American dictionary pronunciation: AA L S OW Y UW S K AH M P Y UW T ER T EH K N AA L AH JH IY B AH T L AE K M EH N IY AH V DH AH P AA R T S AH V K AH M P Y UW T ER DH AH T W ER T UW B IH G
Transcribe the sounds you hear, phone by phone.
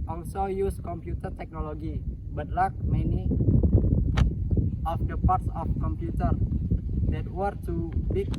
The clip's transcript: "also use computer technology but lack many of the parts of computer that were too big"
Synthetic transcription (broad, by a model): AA L S OW Y UW S K AH M P Y UW T ER T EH K N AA L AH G IY B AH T L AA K M EH N IY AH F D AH P AA R T S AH F K AH M P Y UW T ER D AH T W ER T UW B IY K